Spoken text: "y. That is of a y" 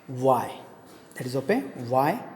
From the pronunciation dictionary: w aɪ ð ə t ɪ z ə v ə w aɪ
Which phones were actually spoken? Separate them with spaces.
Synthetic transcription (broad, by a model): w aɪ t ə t ɪ z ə p ə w aɪ